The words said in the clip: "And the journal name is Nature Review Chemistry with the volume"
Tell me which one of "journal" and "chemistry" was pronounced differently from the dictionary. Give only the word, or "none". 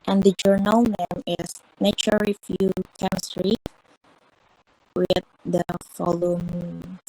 none